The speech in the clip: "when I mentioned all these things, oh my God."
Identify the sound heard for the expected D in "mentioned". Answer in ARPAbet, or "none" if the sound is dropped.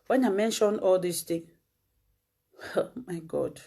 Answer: none